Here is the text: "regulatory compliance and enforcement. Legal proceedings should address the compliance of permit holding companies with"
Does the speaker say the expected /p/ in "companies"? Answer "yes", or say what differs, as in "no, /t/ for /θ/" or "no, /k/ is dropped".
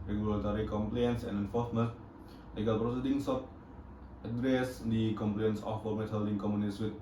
no, /p/ is dropped